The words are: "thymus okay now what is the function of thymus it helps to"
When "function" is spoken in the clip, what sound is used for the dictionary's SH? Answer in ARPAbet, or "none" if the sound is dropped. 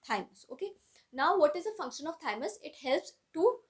SH